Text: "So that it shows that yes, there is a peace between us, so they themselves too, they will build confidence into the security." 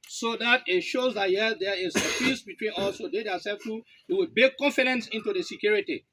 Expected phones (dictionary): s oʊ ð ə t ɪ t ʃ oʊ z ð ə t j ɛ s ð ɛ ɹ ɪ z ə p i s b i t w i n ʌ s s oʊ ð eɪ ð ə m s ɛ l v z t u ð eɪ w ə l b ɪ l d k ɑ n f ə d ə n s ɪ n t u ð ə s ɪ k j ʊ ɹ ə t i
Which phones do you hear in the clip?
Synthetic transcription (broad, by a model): s oʊ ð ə t ɪ t ʃ oʊ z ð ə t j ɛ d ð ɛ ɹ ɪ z ə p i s b i t w i n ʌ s s oʊ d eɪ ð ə s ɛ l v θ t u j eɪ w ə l b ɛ k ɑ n f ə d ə n s ɪ n t u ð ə s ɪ k j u ɹ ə t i